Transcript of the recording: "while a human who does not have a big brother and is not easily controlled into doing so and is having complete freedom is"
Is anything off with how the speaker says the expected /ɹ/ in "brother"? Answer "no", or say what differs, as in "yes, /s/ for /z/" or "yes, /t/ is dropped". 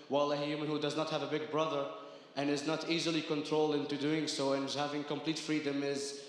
no